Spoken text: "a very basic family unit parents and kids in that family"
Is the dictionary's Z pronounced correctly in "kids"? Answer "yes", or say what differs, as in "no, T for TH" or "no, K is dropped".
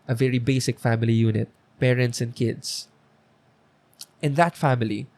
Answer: no, S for Z